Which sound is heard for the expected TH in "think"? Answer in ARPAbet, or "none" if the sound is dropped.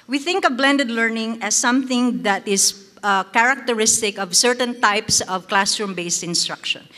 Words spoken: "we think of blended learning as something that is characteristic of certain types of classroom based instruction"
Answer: TH